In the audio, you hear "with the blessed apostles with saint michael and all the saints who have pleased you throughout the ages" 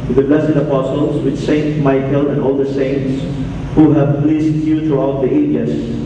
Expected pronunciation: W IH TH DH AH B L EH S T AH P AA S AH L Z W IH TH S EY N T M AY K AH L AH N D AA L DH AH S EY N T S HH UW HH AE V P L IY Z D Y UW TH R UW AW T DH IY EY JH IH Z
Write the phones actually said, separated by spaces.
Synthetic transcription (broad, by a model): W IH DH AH B L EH S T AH P AA S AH L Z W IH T S EY N T M AY K AH L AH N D AA L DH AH S EY N T S HH UW HH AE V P L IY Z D Y UW T R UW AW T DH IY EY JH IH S